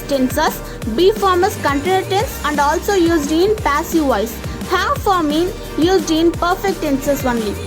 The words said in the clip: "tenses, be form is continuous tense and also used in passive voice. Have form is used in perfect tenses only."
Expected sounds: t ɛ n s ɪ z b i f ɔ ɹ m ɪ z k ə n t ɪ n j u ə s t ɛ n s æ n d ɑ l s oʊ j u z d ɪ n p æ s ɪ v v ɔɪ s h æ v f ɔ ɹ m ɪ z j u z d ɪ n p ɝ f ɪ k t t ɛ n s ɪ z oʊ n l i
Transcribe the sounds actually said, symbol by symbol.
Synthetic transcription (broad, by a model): t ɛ n s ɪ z b i f ɔ ɹ m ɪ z k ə n t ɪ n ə t ɛ n s æ n d ɑ l s oʊ j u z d ɪ n p æ s ɪ v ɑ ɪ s h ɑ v f ɔ ɹ m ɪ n j u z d ɪ n p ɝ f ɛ k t t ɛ n s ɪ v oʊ n l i